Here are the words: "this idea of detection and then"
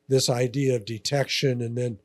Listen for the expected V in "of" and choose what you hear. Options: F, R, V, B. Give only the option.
V